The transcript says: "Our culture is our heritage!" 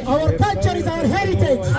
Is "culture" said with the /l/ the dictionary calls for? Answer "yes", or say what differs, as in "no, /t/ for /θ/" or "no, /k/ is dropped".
no, /l/ is dropped